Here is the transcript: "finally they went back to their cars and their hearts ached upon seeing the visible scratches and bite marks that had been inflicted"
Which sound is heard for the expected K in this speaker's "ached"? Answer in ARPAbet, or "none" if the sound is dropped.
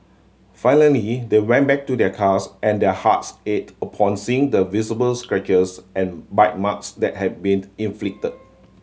none